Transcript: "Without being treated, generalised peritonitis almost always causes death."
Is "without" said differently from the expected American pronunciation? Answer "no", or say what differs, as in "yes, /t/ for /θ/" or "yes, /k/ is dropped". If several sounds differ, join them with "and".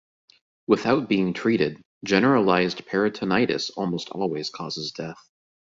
no